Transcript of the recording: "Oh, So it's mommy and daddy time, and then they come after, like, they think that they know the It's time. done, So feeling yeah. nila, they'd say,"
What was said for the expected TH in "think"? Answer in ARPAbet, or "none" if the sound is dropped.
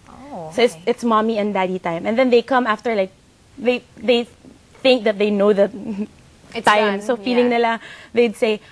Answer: TH